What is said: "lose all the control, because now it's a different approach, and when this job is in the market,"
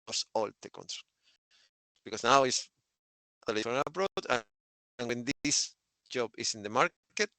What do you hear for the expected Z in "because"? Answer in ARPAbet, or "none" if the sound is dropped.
S